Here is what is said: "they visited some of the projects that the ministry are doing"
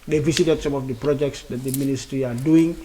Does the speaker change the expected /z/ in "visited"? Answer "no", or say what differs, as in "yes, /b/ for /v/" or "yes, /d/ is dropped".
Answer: yes, /s/ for /z/